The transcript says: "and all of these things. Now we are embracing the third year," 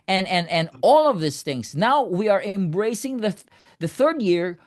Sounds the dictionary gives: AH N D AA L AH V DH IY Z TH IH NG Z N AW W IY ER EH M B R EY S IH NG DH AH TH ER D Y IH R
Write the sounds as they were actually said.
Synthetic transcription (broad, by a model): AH N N AA L AH V DH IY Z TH IH NG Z N AW W IY ER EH M B R EY S IH NG DH AH TH ER D Y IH R